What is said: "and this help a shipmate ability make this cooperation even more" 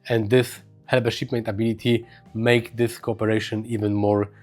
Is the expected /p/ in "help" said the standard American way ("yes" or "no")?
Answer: no